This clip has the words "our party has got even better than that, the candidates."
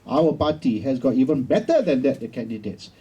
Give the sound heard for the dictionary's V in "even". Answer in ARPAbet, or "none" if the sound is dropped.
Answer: V